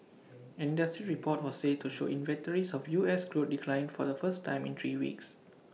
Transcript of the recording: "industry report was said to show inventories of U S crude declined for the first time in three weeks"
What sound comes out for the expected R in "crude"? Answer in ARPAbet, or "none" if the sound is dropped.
L